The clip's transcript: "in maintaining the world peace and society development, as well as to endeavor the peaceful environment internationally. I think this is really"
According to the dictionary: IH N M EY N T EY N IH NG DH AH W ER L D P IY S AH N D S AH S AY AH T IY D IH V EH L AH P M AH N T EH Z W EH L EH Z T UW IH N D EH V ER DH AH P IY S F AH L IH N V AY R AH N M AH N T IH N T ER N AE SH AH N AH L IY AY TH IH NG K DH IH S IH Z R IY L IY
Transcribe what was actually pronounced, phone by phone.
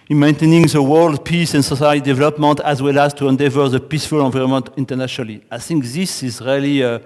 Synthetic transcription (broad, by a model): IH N M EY N T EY N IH NG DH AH W ER L D P IY S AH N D S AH S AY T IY D IH V EH L AH P M AH N T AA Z W EH L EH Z T UW IH N D EH V ER DH AH P IY S F AH L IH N V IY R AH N M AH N T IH N T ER N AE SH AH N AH L IY AY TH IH NG K DH IH S IH Z R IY L IY